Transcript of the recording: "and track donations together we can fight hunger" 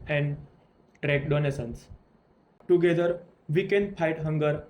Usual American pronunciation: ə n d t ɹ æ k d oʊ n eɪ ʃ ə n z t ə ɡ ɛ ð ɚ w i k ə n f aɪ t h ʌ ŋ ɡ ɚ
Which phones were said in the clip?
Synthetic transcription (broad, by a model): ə n d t ɹ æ k d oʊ n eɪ s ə n s t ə ɡ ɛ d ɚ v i k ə n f aɪ t h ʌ ŋ ɡ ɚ